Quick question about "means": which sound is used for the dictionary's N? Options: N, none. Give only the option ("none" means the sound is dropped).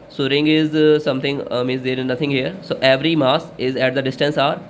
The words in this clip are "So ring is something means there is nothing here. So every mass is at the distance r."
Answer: none